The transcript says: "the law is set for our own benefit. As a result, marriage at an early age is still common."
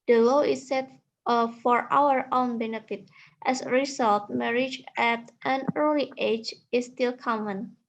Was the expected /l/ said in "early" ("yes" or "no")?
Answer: yes